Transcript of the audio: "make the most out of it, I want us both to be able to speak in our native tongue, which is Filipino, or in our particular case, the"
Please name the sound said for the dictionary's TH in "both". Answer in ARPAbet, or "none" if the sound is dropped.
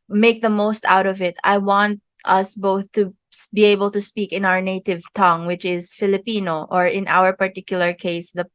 TH